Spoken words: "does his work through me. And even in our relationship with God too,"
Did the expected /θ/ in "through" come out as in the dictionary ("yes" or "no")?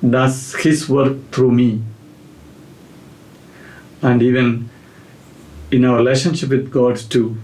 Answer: no